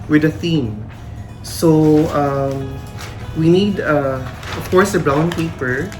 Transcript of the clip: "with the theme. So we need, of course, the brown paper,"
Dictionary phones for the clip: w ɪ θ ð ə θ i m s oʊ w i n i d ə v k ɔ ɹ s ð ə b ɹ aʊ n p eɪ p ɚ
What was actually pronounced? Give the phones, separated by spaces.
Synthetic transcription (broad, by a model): w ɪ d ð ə θ i m s oʊ w i n i d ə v k ɔ ɹ s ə b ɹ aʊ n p eɪ p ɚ